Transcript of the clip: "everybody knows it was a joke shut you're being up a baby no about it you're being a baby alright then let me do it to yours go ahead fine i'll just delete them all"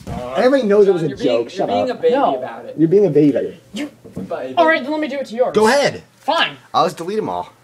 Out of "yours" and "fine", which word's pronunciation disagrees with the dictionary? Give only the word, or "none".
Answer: yours